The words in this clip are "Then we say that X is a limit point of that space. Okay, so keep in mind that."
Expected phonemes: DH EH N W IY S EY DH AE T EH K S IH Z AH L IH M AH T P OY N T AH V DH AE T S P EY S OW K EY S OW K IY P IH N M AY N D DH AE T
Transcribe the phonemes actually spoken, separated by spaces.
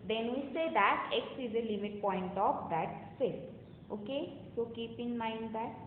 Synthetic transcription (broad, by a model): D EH N W IY S EY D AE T EH K S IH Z AH L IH M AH T P OY N T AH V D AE T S EY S OW K EY S OW K IY P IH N M AY N D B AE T